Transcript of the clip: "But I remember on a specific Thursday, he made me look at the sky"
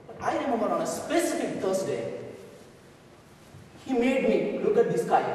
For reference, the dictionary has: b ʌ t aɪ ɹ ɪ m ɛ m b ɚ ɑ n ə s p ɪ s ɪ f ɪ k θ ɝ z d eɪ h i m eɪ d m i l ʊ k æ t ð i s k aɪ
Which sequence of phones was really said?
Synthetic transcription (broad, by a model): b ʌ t aɪ ɹ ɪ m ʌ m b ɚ ɑ n ə s p ɪ s ɪ f ɪ k t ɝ s d eɪ h i m eɪ d m i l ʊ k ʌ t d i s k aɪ